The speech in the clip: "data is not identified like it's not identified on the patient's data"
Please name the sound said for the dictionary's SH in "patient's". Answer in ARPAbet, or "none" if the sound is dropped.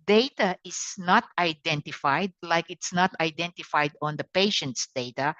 SH